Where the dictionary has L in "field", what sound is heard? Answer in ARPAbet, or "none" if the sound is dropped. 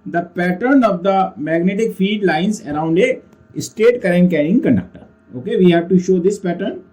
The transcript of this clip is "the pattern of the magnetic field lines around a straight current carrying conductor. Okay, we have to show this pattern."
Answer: none